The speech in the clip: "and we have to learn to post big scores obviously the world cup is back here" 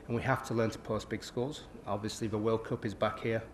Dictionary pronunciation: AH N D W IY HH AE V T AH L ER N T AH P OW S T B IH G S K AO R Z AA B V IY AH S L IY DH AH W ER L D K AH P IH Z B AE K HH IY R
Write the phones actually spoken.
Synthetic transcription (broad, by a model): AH N W IY HH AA F T AH L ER N T AH P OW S B IH G S K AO L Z AA B V IY AH S L IY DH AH W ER L K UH P IH Z B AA K HH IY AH